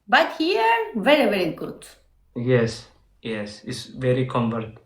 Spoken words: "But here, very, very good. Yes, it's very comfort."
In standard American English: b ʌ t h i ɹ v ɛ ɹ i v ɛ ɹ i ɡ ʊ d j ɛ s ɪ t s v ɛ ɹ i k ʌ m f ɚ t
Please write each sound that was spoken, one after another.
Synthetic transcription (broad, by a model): b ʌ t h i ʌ v ɛ ɹ i v ɛ ɹ i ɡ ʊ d j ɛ s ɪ s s v ɛ ɹ i k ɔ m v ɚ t